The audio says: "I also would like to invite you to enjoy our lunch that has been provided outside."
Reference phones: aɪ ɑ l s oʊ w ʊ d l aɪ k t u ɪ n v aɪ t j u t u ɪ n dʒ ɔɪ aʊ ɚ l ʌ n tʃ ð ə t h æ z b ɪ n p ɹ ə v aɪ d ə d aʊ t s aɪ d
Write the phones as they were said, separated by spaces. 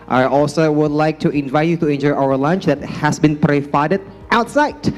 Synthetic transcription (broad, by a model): aɪ ɑ l s oʊ w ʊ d l aɪ k t u ɪ n v aɪ t j u t u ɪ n dʒ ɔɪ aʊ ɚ l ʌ n tʃ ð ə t h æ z b ɪ n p ɹ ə f aɪ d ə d aʊ t s aɪ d